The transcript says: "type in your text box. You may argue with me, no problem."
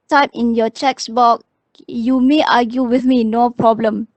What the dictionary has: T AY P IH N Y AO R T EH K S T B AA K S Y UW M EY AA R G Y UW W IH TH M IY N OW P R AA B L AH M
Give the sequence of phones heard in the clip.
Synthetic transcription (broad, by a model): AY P IH N Y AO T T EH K S B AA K Y UW M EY AA G Y UW W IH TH M IY N OW P R AA B L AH M